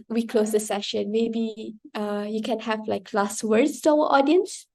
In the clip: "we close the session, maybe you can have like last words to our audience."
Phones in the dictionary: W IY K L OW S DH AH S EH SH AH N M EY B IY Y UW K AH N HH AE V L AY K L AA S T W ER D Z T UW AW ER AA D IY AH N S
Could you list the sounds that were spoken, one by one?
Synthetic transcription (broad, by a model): W IY K L OW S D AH S EH SH AH N M EY B IY Y UW K AH N HH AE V L AY K L AA S T W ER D S T UW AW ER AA D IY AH N S